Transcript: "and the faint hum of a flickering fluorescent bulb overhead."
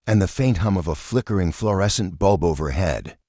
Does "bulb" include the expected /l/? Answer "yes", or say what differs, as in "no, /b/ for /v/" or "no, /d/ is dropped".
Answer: yes